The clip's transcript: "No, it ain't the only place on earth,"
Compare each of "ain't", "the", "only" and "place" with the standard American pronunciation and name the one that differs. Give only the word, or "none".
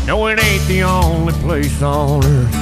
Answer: ain't